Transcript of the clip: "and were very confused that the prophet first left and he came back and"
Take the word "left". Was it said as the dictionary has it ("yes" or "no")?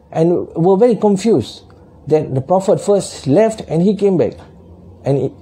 yes